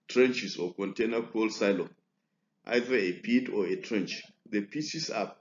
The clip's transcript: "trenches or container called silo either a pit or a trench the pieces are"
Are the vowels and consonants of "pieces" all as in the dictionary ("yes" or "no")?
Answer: no